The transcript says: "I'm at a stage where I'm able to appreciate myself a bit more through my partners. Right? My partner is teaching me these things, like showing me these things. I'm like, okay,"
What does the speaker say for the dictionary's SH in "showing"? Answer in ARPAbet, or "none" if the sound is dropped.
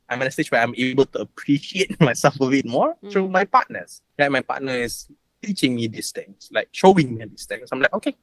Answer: SH